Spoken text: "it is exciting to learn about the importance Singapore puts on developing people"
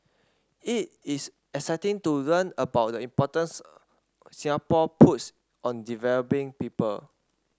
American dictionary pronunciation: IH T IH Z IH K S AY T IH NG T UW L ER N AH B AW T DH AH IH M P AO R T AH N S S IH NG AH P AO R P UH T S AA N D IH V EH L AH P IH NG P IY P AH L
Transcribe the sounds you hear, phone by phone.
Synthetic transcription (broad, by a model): IH T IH S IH S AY T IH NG T UW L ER N AH B AW T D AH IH M P AO T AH N S S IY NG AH P AO P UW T S AA N D IH V EH L AH P IH NG P IY P AH L